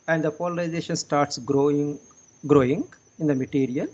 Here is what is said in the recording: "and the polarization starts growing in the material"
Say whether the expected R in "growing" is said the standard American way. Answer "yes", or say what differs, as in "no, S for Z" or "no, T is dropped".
yes